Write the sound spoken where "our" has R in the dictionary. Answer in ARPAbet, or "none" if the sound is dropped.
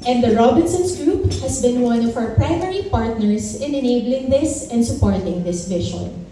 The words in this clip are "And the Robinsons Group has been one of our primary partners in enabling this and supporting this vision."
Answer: W